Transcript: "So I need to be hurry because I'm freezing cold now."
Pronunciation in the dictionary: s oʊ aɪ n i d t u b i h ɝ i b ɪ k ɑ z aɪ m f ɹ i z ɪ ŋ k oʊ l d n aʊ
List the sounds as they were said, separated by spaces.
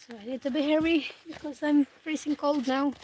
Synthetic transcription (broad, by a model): s oʊ aɪ n i d t u b i h ɝ i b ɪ k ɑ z aɪ m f ɹ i s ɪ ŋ k oʊ l d n aʊ